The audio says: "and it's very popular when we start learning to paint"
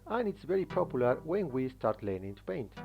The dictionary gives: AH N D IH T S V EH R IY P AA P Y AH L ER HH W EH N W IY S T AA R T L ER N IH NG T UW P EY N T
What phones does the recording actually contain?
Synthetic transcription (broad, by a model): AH N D IH T S V EH R IY P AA P Y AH L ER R W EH N W IY S T AA R T L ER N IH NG T UW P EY N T